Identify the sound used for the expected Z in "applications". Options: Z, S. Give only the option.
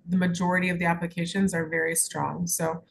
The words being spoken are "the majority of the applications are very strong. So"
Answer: Z